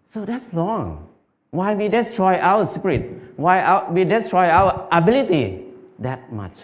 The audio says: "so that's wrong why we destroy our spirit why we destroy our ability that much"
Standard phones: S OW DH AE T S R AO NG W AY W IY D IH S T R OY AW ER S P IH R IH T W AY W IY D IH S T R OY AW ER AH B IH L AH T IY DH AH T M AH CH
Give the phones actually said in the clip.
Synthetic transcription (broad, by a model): S OW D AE T S L AO NG W AY W IY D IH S T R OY AW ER S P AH R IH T W AY W IY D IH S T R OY AW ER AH B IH L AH T IY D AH T M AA CH